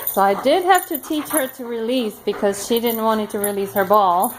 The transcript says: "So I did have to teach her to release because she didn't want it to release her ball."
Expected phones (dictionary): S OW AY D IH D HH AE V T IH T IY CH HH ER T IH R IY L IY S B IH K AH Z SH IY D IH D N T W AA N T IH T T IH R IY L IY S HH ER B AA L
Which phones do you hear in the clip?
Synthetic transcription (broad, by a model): S OW AY D IH D HH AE F T IH T IY CH HH ER T IH R IY L IY S B IH K AH Z SH IY D IH D N T W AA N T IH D T IH R IY L IY S HH ER B AA L